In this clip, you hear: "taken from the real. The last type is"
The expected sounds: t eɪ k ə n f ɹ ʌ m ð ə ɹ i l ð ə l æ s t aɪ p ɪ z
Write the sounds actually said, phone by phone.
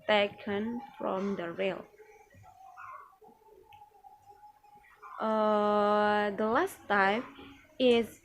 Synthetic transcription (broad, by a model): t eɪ k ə n f ɹ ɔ m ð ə ɹ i l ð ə l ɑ s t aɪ f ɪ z